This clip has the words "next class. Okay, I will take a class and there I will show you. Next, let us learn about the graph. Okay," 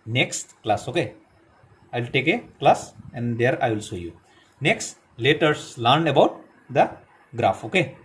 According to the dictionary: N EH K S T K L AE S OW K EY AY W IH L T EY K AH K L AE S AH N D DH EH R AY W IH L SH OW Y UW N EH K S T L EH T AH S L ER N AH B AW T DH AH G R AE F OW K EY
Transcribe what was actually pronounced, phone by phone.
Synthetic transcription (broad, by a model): N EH K S T K L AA S OW K EY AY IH L T EY K AH K L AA S AH N D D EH R AY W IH L S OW Y UW N EH K S T L EH T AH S L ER N AH B AW T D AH G R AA F OW K EY